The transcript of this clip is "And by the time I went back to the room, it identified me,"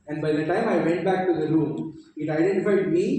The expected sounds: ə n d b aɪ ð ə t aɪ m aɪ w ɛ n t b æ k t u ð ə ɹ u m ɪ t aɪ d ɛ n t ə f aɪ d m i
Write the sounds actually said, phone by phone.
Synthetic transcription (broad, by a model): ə n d b aɪ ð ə t aɪ m aɪ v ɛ n t b æ k t u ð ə ɹ u m ɪ t aɪ d ɛ n t ə f aɪ d m i